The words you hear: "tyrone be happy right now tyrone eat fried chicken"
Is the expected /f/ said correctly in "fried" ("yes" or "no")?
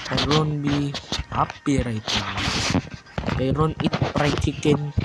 no